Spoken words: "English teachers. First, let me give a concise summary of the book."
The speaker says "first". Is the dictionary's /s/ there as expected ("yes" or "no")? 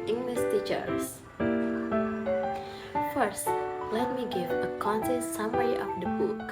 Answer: yes